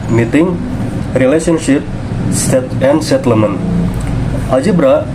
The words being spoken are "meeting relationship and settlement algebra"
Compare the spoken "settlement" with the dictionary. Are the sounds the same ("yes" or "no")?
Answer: no